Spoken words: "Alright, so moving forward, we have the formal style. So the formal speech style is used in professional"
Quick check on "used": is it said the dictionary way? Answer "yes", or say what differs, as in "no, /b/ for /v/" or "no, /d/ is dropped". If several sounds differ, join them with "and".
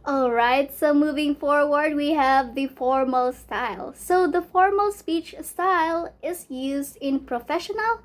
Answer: yes